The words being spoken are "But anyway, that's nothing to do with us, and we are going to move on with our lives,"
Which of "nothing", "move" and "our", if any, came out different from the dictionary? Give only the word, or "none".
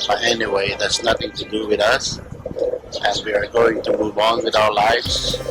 none